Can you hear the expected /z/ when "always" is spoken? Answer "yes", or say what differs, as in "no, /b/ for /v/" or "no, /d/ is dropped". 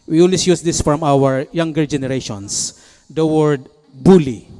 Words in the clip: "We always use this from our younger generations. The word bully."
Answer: no, /s/ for /z/